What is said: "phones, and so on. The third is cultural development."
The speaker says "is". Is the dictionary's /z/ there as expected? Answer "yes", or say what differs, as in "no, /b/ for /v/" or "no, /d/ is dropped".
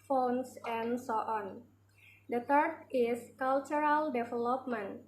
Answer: no, /s/ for /z/